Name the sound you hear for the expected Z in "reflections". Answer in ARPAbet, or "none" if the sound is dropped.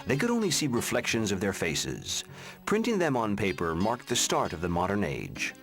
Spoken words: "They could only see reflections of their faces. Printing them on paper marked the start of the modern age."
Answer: Z